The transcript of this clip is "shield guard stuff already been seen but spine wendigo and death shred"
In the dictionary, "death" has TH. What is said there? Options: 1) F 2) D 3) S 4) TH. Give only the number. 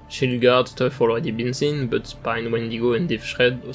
1